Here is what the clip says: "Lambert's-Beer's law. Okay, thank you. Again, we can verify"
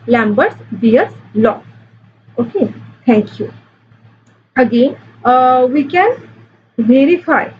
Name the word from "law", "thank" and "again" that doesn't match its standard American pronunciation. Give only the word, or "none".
thank